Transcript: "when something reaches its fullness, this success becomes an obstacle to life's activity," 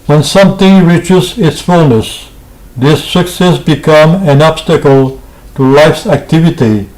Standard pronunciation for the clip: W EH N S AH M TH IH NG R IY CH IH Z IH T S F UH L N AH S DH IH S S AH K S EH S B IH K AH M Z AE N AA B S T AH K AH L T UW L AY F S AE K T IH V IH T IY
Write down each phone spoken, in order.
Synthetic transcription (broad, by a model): W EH N S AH M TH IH NG R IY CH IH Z IH T S F UH L N AH S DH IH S S AH K S EH S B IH K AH M AE N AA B S T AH K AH L T UW L AY F S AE K T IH V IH T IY